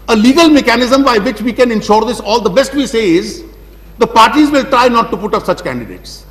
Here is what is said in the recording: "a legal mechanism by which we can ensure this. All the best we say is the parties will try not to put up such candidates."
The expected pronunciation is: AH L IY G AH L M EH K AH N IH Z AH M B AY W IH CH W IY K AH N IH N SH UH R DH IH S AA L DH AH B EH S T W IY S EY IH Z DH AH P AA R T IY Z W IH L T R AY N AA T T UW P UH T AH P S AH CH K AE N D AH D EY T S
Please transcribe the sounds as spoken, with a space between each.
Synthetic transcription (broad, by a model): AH L IY G AH L M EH K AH N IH Z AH M B AY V IH CH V IY K AH N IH N SH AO R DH IH S AA L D AH B EH S T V IY S EY IH Z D AH P AA R T IY Z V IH L T R AY N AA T T UW P UH T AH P S AH CH K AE N D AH D EY T S